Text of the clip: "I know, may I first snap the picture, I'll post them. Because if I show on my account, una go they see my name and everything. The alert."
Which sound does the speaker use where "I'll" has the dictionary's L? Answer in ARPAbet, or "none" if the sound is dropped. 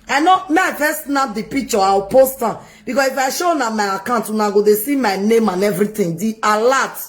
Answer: W